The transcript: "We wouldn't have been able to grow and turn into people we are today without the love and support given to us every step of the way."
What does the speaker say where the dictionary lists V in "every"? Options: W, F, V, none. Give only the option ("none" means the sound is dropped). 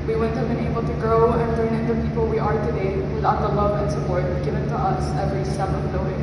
V